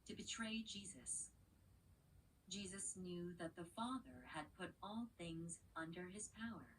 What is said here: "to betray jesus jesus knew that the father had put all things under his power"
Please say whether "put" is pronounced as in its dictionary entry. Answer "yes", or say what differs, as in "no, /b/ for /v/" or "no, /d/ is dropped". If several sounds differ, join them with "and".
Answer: yes